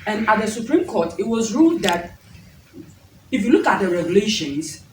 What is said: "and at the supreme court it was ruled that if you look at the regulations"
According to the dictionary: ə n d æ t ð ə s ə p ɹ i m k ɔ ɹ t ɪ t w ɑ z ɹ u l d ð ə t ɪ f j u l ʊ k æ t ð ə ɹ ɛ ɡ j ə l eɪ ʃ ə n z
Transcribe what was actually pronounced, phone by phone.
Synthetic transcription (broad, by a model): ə n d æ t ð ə s ə p ɹ i m k ɔ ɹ t ɪ t w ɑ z ɹ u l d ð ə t ɪ f j u l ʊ k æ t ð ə ɹ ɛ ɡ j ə l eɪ ʃ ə n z